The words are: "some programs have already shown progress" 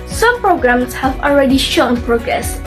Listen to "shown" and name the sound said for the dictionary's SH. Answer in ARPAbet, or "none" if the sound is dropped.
SH